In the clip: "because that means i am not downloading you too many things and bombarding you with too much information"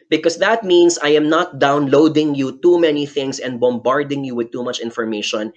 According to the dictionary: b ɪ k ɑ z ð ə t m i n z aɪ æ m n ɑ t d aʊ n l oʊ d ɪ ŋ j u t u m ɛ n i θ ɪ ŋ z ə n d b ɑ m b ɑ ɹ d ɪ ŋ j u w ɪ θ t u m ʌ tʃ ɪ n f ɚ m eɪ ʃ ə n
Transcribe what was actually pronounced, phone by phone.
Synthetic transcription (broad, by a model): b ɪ k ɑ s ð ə t m i n s aɪ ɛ m n ɑ t d aʊ n l oʊ d ɪ ŋ j u t u m ɛ n i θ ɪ ŋ s ə n d b ɑ m b ɑ ɹ d ɪ ŋ j u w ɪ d t u m ʌ tʃ ɪ n f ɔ m eɪ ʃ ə n